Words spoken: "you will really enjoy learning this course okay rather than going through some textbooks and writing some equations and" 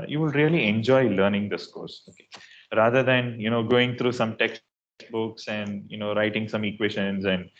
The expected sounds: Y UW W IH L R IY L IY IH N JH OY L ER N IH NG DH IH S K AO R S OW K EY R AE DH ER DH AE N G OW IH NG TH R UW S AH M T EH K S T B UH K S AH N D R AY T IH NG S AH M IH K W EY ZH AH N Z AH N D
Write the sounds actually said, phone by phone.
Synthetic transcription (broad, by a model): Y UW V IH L R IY L IY IH N JH OY L ER N IH NG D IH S K AO R S OW K EY R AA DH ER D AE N G OW IH NG T R UW S AH M T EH K S T B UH K S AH N D R AY T IH NG S AH M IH K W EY SH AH N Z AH N D